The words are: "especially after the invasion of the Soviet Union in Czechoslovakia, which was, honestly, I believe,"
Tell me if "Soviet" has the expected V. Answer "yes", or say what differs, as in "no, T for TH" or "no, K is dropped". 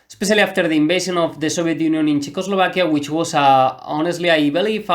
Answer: no, B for V